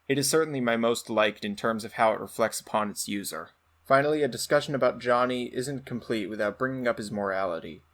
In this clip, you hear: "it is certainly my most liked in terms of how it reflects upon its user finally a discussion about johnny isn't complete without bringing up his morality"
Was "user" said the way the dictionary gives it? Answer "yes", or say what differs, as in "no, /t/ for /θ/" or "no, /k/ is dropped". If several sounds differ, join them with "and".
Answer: yes